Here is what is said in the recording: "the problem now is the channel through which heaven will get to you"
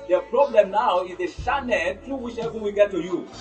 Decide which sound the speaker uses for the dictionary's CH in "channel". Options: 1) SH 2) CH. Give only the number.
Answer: 1